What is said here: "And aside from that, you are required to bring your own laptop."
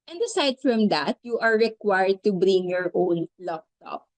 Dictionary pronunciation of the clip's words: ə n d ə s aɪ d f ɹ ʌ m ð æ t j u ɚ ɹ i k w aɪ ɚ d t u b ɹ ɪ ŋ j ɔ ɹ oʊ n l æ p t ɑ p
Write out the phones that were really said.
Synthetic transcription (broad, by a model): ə n d ə s aɪ d f ɹ ʌ m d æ t j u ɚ ɹ i k w aɪ ɚ d t u b ɹ ɪ ŋ j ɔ ɹ oʊ n l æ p t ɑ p